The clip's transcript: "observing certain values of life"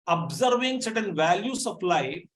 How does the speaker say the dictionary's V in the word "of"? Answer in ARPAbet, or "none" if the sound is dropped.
P